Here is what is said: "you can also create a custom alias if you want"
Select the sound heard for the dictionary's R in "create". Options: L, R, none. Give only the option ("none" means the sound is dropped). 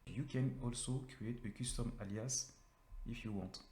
none